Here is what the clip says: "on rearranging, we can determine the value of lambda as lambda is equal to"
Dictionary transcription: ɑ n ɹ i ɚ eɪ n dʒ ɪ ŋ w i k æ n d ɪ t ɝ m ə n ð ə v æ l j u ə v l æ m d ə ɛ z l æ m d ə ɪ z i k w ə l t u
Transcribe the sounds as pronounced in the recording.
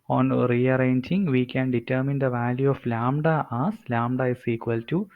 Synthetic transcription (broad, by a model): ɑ n ɹ i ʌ eɪ n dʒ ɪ ŋ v i k æ n d ɪ t ɝ m ə n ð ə v æ l j u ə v l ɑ m d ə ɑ s l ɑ m d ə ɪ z i k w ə l t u